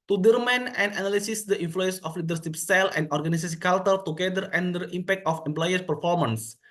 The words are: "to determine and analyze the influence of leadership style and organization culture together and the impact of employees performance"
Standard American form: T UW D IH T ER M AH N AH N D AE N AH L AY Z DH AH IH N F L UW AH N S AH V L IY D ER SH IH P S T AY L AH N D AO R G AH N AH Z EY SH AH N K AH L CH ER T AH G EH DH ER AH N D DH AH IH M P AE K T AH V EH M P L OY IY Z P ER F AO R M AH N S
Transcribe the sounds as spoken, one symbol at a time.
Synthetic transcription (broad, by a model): T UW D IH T M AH N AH N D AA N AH L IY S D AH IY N F L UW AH N S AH F L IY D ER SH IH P S T AY L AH N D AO R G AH N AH S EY S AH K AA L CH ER T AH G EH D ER AH N D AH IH M P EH K T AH F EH M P L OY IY S P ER F AO R M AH N S